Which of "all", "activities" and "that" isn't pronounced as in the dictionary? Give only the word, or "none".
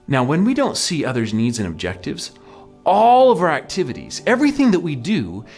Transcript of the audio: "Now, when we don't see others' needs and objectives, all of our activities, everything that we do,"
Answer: none